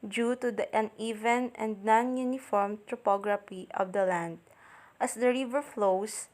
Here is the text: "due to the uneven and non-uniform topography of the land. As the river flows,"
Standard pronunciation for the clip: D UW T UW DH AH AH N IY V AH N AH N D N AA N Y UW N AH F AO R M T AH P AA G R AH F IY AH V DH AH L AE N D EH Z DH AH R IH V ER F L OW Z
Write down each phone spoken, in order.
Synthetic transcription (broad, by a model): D UW T UW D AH AH N IY V AH N AH N D N AA N Y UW N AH F AO R M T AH P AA G R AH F IY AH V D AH L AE N D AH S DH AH R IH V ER F L OW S